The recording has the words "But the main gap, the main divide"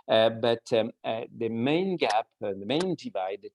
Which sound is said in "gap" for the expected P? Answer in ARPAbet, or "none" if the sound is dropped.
P